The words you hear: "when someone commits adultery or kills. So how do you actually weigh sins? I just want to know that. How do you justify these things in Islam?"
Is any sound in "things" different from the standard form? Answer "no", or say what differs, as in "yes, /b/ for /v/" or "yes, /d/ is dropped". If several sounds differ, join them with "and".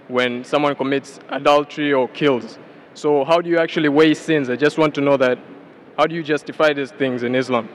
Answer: no